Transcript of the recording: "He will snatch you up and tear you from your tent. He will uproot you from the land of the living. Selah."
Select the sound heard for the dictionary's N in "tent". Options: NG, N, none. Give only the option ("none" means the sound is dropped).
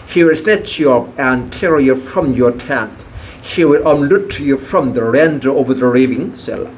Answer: none